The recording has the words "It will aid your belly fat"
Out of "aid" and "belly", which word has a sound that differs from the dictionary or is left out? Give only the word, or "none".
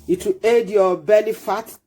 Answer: belly